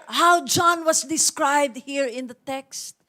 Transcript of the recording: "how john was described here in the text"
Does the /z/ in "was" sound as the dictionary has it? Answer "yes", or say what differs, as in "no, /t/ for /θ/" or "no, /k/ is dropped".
no, /s/ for /z/